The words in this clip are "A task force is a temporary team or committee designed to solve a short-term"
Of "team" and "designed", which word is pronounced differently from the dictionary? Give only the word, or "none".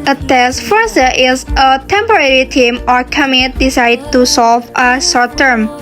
designed